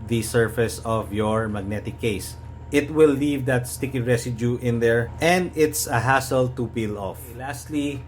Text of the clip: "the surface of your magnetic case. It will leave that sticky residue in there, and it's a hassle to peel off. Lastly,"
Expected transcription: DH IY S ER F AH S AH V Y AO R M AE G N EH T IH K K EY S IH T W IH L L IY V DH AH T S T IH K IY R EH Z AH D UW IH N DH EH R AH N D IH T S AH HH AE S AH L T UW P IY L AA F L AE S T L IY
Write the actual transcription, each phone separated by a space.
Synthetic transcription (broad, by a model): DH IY S ER F AH S AH V Y AO R M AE G N EH T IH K K EY S IH T W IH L L IY V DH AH T S T IH K IY R EH S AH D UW IH N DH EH R AH N D IH T S AH HH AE S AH L T UW P IY L AA F L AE S T L IY